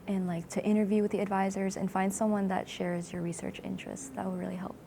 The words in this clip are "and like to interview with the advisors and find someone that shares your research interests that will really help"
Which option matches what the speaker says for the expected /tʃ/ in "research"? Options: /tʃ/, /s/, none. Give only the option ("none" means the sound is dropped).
/tʃ/